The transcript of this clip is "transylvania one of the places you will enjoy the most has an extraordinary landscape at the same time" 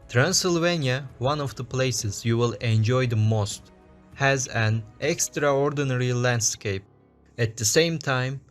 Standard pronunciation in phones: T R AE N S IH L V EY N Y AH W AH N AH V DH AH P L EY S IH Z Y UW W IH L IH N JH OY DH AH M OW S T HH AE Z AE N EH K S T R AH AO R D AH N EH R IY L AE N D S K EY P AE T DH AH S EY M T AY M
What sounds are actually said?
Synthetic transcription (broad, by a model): T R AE N S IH L V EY N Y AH W AH N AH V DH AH P L EY S IH Z Y UW W IH L IH N JH OY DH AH M OW S T HH AE Z AE N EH K S T R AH AO R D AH N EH R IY L AE N D S K EY P AE T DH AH S EY M T AY M